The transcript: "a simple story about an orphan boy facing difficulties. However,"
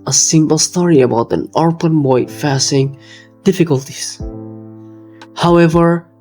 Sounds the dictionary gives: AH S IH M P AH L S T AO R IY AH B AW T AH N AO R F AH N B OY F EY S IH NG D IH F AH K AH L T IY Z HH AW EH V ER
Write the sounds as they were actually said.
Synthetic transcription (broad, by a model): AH S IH M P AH L S T AO R IY AH B AW T AH N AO R P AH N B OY F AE S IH NG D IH F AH K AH L T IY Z HH AW EH V ER